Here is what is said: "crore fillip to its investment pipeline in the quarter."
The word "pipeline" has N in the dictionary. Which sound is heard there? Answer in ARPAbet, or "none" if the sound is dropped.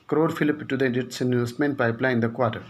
none